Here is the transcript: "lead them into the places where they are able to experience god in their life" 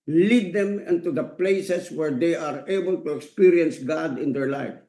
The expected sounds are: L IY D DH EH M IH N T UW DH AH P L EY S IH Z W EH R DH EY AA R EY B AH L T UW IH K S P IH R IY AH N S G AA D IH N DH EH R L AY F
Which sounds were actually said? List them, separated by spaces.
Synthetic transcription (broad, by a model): L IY D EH M IH N T UW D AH P L EY S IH S W EH R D EY AA R EY B AH L T UW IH K S P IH R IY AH N S G AA D IH N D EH R L AY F